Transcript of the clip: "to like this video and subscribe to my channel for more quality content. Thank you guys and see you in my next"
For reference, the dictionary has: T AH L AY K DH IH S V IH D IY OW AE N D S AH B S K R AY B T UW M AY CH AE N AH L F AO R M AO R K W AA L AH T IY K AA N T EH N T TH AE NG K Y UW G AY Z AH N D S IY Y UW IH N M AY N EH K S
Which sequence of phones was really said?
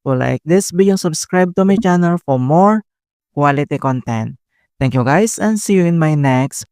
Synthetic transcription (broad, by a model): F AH L AY K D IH S B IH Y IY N S AH B S K R AY B T UW M AY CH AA N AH L F AO R M AO R K W AA L AH T IY K AA N T EH N T T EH NG K Y UW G AY S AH N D S IY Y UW IH N M AY N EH K S